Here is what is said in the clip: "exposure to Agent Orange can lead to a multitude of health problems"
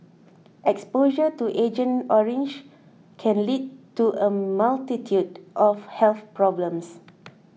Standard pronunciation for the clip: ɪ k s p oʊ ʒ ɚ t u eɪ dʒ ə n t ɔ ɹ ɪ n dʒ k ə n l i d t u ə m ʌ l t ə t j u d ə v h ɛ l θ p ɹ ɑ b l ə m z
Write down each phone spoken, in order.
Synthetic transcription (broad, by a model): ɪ k s p oʊ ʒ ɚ t u eɪ dʒ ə n ɔ ɹ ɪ n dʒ k ə n l i d t u ə m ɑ l t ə t j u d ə f h ɛ l θ p ɹ ɑ b l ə m s